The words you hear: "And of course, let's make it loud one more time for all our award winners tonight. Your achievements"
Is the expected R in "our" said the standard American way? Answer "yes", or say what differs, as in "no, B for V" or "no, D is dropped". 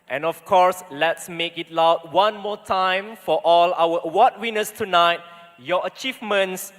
no, W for R